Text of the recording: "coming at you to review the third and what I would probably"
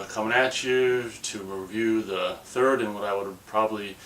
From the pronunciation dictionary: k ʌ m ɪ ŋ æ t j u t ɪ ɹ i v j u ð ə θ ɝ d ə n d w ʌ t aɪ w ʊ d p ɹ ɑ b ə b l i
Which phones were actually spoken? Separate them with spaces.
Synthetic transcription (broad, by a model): k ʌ m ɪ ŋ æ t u t ɪ ɹ i v j u ð ə θ ɝ d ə n w ʌ t aɪ w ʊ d p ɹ ɑ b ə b l i